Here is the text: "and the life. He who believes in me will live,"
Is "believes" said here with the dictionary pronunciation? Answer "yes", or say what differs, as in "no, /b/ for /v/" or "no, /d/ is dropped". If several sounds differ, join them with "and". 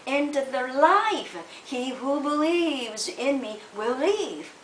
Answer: yes